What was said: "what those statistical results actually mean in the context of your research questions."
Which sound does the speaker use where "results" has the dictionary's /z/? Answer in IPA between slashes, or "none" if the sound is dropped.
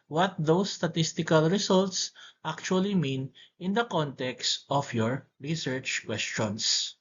/s/